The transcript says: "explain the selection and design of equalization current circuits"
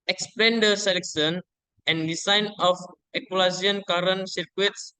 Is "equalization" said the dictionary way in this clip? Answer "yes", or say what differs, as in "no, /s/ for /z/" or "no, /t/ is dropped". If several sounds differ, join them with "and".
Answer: no, /ʃ/ is dropped